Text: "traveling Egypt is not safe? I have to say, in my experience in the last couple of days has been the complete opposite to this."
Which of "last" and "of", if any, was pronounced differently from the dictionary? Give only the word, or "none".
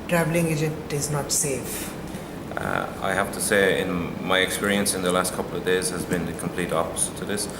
none